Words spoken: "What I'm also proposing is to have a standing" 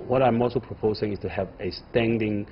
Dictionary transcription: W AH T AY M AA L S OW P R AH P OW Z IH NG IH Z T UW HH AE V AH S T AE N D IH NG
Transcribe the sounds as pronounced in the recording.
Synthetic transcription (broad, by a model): W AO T AY M AA L S OW P R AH P OW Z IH NG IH S T UW HH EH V AH S T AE N D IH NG